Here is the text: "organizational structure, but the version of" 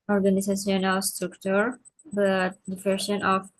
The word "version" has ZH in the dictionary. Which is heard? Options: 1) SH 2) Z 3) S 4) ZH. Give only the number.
3